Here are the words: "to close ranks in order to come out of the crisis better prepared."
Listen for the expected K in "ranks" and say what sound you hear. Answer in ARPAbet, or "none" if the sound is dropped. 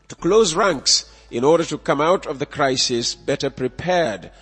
K